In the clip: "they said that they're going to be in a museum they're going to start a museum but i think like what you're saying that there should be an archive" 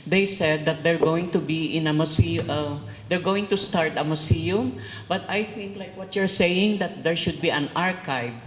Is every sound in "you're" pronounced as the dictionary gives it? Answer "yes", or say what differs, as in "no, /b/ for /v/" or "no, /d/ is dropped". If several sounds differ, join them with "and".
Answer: yes